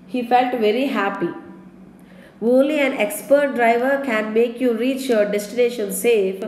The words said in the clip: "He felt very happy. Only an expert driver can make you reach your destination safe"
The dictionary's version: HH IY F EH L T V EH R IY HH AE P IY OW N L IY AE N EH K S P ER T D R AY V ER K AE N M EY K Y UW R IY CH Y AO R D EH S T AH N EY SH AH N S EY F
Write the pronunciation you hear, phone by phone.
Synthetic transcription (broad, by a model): HH IY F EH L T V EH R IY HH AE P IY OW L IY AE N EH K S P ER T D R AY V ER K AE N M EY K Y UW R IY CH Y AO R D EH S T AH N EY SH AH N S EY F